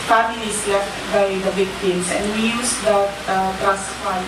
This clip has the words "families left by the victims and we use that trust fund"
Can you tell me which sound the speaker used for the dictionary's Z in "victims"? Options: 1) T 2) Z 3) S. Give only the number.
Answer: 3